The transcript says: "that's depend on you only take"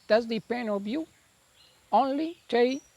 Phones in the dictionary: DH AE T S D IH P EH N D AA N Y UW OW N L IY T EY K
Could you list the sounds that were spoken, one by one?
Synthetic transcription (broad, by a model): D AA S D IH P EH N D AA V Y UW OW N L IY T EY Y